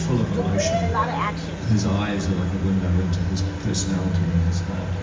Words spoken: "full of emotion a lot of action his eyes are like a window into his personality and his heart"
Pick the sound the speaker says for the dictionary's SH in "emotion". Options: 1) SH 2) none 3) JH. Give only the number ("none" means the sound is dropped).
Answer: 2